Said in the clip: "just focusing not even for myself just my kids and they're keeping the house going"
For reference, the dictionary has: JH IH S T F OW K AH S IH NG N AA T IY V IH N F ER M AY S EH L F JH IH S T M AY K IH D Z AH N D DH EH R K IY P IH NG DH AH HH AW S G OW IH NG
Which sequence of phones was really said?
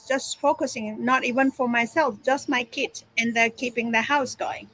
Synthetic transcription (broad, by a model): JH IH S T F OW K AH S IH NG N AA T IY V IH N F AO M AY S EH L F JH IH S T M AY K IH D S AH N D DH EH K IY P IH NG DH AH HH AW S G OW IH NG